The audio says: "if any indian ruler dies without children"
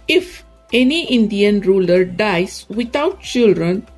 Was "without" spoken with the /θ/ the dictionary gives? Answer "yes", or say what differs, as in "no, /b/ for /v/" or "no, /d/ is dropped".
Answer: no, /t/ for /θ/